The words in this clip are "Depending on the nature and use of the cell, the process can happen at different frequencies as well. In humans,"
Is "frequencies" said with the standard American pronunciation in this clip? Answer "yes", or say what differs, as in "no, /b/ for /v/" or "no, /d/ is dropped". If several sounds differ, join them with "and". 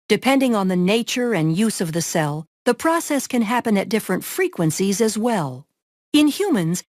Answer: yes